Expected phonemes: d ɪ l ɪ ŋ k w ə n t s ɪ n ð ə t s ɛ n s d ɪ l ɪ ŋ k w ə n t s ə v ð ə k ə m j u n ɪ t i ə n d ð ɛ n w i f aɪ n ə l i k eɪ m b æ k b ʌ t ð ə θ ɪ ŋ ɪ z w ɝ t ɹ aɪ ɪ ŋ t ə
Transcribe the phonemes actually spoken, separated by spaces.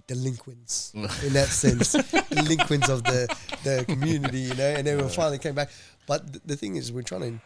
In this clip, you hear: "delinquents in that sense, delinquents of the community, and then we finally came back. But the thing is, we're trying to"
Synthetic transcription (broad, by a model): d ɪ l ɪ ŋ k w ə n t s ɪ n ð ə t s ɛ n s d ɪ l ɪ ŋ k w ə n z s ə v ð ə k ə m j u n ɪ t i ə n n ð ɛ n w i f aɪ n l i k eɪ m b æ k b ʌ t ð ə θ ɪ ŋ ɪ z w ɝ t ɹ aɪ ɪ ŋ